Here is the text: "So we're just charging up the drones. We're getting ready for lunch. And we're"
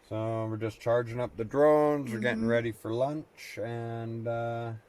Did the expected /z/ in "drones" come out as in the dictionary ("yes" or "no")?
yes